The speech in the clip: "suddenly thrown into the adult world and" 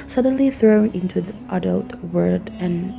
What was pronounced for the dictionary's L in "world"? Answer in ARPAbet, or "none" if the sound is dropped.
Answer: none